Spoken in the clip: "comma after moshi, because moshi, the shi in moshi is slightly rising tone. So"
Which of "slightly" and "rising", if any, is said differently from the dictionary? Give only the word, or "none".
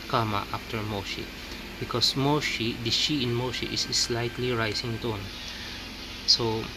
rising